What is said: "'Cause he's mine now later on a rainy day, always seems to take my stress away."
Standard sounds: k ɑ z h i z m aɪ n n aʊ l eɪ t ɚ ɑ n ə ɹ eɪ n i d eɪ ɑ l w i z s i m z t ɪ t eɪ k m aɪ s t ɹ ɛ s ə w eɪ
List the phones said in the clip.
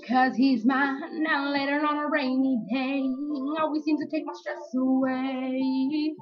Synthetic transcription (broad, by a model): k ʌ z h i z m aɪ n n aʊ l eɪ t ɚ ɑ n ə ɹ eɪ n i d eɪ ɑ l w i z s i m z t ɪ t eɪ k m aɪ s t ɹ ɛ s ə w eɪ